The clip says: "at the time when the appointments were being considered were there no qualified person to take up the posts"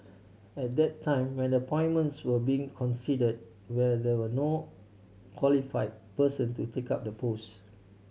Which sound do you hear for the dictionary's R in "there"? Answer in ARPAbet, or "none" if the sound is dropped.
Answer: W